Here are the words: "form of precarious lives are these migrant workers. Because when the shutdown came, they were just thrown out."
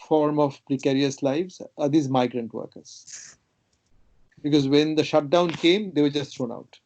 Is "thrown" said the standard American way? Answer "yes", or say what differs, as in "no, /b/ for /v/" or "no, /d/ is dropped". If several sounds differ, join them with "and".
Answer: no, /t/ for /θ/